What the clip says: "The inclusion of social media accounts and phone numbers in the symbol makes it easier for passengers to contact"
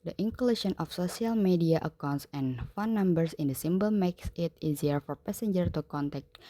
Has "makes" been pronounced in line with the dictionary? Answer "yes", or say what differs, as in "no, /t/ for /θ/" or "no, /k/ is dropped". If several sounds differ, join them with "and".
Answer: yes